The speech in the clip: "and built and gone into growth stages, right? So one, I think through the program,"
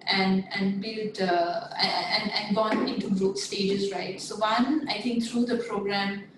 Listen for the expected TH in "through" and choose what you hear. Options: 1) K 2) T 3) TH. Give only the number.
2